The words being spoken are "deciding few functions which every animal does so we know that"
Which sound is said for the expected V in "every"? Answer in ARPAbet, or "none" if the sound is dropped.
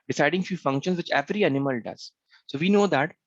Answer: V